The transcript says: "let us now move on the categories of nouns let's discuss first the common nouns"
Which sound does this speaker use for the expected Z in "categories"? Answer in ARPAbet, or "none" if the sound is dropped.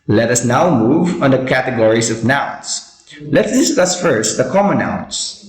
S